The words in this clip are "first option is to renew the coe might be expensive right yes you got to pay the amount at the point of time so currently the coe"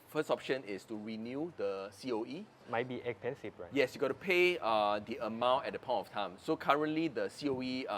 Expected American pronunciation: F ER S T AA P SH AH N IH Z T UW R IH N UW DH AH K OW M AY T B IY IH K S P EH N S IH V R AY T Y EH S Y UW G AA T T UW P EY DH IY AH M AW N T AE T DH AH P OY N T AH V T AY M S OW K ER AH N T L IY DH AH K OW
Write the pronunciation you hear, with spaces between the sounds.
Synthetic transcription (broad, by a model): F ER S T AA P SH AH N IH S T UW R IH N UW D AH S OW M AY T B IY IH K S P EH N S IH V R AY Y EH S Y UW G AA T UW UW P EY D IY AH M AW N T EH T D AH P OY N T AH F T AY M S OW K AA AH N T L IY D AH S OW